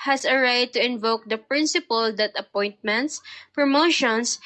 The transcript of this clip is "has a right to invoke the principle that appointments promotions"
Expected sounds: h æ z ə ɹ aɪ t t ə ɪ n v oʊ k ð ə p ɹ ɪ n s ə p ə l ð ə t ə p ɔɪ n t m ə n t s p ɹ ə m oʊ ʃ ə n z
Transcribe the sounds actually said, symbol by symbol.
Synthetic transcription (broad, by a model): h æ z ə ɹ aɪ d t ə ɪ n v oʊ k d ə p ɹ ɪ n s ə p ə l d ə t ə p ɔɪ n t m ə n t s p ɹ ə m oʊ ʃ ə n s